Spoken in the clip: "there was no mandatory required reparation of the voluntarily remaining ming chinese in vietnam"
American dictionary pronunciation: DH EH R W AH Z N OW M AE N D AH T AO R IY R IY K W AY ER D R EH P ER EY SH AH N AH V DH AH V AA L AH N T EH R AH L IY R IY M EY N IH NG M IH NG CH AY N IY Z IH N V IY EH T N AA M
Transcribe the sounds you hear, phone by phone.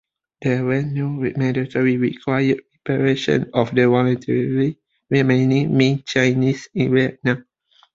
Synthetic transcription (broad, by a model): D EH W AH N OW M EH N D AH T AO R IY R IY K W AY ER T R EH P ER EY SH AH N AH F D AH W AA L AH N T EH R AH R IY R IY M EY N IH NG M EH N CH AY N IY S IH N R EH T N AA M